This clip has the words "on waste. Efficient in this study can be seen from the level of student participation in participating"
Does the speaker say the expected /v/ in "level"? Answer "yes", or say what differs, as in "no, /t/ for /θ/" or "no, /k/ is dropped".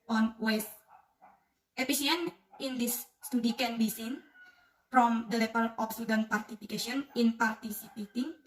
no, /p/ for /v/